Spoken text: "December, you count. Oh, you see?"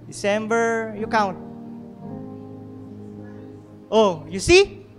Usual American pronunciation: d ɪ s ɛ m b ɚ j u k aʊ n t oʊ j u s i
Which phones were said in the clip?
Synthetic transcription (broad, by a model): d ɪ s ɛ m b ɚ j u k aʊ n t oʊ j u s i